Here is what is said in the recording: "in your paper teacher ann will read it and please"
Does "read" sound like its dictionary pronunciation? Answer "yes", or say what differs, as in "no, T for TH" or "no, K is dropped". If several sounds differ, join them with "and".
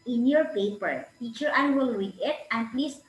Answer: no, W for R